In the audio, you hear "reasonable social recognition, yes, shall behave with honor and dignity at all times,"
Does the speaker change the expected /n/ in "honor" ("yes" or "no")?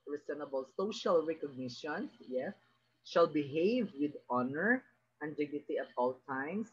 no